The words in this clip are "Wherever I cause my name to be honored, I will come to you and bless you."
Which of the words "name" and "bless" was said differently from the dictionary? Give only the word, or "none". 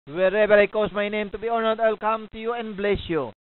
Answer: none